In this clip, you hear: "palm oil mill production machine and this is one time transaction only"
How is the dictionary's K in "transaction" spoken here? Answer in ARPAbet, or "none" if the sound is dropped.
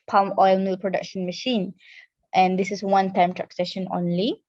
none